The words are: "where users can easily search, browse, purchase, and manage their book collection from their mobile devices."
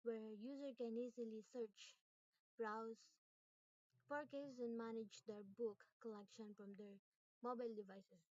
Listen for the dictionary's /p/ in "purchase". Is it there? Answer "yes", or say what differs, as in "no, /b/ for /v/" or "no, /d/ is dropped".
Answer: no, /f/ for /p/